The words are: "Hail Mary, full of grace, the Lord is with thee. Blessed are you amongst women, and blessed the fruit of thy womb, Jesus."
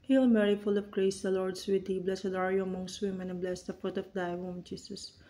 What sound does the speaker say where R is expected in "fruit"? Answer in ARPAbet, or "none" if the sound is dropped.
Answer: none